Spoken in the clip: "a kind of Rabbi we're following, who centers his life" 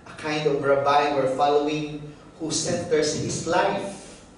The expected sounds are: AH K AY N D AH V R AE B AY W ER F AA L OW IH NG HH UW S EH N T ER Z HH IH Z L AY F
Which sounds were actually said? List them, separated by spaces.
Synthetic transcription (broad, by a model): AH K AY N D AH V R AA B AY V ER F AA L OW IH NG HH UW S EH N T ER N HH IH S L AY F